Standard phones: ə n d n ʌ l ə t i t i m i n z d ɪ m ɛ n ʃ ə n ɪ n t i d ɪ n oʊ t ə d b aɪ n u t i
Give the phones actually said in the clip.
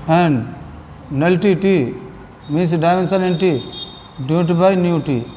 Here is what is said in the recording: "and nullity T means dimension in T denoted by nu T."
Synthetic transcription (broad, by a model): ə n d n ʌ l t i t i m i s d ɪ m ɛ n s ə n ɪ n t i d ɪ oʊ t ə b aɪ n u t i